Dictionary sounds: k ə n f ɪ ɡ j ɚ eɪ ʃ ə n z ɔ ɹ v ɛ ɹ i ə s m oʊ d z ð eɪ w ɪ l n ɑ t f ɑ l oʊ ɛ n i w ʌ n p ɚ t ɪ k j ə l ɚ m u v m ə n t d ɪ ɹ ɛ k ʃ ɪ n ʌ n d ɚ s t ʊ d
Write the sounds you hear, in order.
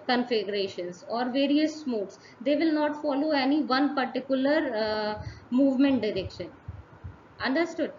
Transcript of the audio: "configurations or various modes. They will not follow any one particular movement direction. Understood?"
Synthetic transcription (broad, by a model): k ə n f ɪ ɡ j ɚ eɪ ʃ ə n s ɔ ɹ v ɛ ɹ i ə s m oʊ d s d eɪ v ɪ l n ɑ t f ɑ l oʊ ɛ n i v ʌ n p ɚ t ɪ k j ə l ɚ m u v m ə n t d ɪ ɹ ɛ k ʃ ɪ n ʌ n d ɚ s t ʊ d